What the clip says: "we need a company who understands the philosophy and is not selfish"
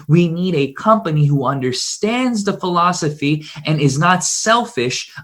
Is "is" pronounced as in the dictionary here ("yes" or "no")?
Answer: yes